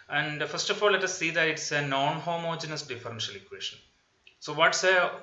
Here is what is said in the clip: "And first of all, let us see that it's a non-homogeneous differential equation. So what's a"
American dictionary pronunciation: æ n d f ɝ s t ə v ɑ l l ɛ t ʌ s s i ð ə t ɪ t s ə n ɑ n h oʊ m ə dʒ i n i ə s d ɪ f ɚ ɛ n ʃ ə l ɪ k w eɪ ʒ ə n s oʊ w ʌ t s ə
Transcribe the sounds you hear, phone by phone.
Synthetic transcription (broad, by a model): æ n d f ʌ s t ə f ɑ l l ɛ t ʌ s s i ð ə t ɪ t s ə n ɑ n h oʊ m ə dʒ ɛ n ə s d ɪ f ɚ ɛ n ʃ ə l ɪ k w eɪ ʃ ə n s oʊ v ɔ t s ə